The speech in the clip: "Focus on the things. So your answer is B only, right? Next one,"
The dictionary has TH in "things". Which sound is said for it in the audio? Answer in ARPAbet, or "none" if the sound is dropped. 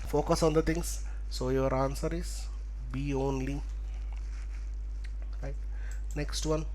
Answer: T